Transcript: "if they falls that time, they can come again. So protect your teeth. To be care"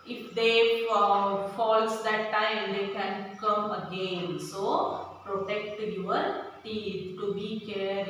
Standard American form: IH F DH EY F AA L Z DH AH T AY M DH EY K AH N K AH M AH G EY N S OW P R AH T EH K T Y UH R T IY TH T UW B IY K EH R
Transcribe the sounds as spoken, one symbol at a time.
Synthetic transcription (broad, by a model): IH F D EY F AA L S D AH T AY M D EY K AH N K AH M AH G EY N S OW P R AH T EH K T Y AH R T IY T T UW B IY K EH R